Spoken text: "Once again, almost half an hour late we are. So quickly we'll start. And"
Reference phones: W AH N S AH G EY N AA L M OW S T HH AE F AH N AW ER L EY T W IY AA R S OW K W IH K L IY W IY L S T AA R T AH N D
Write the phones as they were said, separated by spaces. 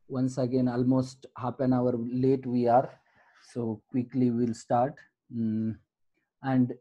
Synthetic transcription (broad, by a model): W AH N S AH G EY N AA L M OW S T HH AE P AH N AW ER L EY T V IY AA R S OW K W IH K L IY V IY L S T AA R T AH N D